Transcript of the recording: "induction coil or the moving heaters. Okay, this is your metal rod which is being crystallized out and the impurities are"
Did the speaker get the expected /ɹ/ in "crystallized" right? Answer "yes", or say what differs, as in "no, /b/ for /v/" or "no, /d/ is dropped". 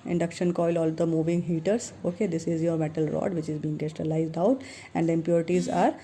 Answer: no, /ɹ/ is dropped